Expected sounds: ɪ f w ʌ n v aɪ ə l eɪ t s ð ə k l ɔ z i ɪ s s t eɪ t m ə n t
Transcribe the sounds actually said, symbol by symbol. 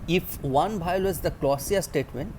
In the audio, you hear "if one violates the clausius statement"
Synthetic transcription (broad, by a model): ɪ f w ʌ n b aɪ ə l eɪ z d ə k l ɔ s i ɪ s s t eɪ t m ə n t